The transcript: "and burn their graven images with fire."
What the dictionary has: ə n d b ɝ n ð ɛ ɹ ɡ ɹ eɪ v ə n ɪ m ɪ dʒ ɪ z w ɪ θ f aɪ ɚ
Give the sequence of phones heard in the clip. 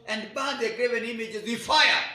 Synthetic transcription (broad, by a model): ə n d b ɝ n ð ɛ ɡ ɹ eɪ v ə n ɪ m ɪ dʒ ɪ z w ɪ f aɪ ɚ